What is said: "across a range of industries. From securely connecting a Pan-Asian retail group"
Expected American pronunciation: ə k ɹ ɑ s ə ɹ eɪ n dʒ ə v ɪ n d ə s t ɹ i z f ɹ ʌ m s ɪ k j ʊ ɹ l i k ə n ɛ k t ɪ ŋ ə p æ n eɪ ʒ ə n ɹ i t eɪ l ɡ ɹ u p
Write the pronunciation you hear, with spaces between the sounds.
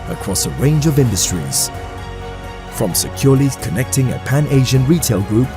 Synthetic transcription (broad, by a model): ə k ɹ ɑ s ə ɹ eɪ n dʒ ə v ɪ n d ə s t ɹ i z f ɹ ʌ m s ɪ k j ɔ l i k ə n ɛ k t ɪ ŋ ə p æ n eɪ ʒ ə n ɹ i t eɪ l ɡ ɹ u p